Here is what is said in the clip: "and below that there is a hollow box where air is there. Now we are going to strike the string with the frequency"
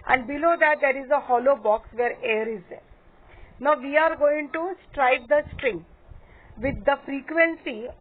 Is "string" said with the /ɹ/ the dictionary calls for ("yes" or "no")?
yes